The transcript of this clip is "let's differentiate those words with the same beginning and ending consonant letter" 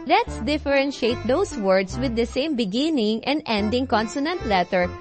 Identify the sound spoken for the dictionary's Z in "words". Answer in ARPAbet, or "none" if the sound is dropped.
S